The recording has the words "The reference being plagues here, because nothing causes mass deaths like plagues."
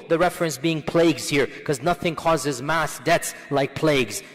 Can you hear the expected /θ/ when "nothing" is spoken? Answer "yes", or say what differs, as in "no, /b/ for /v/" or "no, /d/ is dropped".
yes